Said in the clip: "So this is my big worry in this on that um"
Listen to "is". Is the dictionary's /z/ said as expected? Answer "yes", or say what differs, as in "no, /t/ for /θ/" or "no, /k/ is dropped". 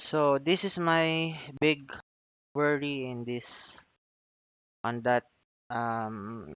no, /s/ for /z/